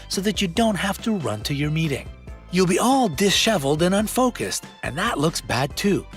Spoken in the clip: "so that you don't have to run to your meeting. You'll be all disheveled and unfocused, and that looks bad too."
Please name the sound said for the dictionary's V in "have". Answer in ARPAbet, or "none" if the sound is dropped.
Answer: F